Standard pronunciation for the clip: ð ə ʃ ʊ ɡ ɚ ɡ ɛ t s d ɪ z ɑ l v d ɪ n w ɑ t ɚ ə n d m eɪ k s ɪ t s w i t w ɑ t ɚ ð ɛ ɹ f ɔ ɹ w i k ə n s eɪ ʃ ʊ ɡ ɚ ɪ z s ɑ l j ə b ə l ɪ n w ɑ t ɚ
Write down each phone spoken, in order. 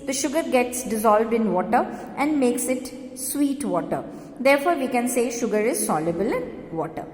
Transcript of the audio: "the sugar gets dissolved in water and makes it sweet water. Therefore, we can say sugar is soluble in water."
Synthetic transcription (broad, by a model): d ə ʃ ʊ ɡ ɚ ɡ ɛ t s d ɪ z ɑ l v d ɪ n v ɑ t ɚ ə n d m eɪ k s ɪ t s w i t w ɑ t ɚ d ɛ ɹ f ɔ ɹ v i k ə n s eɪ ʃ ʊ ɡ ɚ ɪ z s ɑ l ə b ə l ɪ n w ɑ t ɚ